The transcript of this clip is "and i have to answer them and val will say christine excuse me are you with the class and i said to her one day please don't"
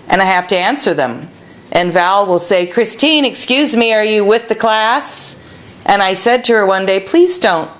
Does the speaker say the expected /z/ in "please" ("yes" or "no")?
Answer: yes